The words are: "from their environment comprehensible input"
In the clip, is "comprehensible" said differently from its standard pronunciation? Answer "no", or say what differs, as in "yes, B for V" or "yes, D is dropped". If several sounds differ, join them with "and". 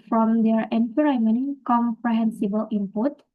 no